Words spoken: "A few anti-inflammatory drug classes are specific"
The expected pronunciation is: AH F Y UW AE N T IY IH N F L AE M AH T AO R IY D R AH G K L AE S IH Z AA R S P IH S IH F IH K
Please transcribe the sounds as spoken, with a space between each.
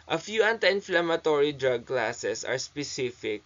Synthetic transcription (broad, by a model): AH F Y UW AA N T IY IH N F L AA M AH T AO R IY D R AH G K L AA S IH S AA R S P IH S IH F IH K